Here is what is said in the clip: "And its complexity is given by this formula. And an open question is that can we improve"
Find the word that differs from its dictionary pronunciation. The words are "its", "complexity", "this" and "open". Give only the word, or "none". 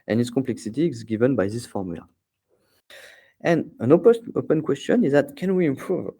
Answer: none